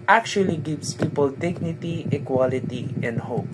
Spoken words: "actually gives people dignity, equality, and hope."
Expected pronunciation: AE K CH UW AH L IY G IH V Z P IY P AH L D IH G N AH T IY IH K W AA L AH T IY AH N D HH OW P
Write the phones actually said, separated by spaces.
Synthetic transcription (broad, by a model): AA K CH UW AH L IY G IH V S P IY P AH L D IH G N AH T IY IH K W AA L AH T IY AH N D HH OW P